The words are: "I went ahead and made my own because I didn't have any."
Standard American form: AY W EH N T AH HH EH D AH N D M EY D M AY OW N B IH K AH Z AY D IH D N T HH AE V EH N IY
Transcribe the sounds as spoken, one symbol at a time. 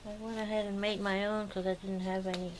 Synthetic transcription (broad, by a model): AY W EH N AH HH EH D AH N M EY D M AY OW N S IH AH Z AY D IH D N T HH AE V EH N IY